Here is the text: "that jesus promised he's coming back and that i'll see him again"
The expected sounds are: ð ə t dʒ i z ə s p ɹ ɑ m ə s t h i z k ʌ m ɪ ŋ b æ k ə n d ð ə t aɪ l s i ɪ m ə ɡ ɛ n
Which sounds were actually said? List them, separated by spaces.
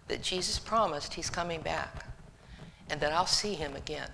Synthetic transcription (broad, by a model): ð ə t dʒ i z ə s p ɹ ɑ m ə s t h i z k ʌ m ɪ ŋ b æ k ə n ð ə t aɪ l s i ɪ m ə ɡ ɛ n